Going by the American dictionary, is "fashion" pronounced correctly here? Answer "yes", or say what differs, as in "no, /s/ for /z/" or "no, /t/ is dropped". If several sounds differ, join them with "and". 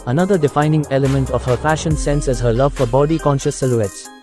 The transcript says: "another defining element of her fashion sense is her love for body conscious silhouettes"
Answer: no, /p/ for /f/